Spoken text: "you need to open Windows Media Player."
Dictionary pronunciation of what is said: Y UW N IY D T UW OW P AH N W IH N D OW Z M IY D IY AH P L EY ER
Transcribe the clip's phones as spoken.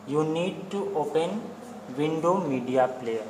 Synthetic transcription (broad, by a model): Y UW N IY D T UW OW P AH N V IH N D OW M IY D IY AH P L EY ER